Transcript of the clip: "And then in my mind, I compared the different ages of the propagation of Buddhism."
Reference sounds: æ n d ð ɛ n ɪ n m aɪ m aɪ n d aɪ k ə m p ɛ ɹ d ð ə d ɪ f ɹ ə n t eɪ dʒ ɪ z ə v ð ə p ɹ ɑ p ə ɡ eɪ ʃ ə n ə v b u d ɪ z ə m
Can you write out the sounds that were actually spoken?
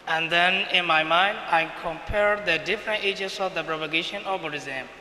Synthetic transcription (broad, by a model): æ n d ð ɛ n ɪ n m aɪ m aɪ n d aɪ k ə m p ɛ ɹ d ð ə d ɪ f ɹ ə n t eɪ dʒ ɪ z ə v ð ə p ɹ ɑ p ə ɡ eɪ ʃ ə n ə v b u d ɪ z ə m